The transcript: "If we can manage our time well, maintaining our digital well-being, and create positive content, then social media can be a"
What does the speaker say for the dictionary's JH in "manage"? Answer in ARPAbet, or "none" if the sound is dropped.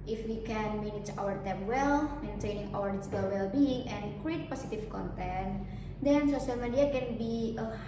CH